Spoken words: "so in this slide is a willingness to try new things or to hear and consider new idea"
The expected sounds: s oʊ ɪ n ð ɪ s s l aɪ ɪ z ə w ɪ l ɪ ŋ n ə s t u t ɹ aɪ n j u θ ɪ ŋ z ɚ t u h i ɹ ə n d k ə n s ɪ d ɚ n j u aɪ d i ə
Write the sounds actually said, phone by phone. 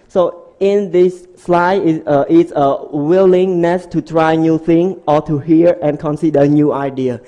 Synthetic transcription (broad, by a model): s oʊ ɪ n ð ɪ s s l aɪ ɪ s ə w ɪ l ɪ ŋ n ə s t u t ɹ aɪ n j u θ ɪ ŋ ɔ t u h i ɹ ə n k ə n s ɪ d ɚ n j u aɪ d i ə